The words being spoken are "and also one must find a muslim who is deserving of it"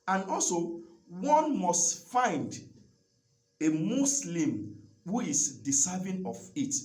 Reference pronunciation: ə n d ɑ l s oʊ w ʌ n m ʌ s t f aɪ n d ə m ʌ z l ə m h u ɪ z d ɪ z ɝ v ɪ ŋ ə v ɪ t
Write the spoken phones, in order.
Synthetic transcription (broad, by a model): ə n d ɑ l s oʊ w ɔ n m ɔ s t f aɪ n d ə m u s l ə m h u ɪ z d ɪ s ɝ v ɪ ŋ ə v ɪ t